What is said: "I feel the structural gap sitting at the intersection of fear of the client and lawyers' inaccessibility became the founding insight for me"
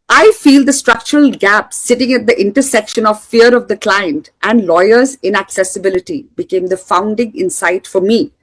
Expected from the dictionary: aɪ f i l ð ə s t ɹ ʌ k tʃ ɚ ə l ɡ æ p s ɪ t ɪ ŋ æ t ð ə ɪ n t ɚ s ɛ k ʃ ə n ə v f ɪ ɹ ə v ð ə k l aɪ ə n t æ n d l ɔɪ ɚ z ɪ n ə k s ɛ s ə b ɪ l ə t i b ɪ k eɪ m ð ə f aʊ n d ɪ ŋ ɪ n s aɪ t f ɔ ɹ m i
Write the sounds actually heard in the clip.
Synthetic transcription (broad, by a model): aɪ f i l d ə s t ɹ ʌ k tʃ ɚ ə l ɡ æ p s ɪ t ɪ ŋ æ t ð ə ɪ n t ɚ s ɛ k ʃ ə n ə v f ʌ ɹ ə v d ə k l aɪ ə n t æ n d l ɔɪ ɚ z ɪ n ə k s ɛ s ə b ɪ l ə t i b ɪ k eɪ m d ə f aʊ n d ɪ ŋ ɪ n s aɪ t f ɔ ɹ m i